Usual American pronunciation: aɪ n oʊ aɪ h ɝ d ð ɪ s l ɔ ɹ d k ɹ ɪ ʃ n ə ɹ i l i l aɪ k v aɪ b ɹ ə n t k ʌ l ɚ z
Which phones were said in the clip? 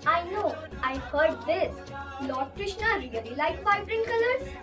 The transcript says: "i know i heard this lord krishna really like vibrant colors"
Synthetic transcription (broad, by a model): aɪ n oʊ aɪ h ɝ d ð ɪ s l ɔ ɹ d k ɹ ɪ ʃ n ə ɹ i l i l aɪ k f aɪ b ɹ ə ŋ k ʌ l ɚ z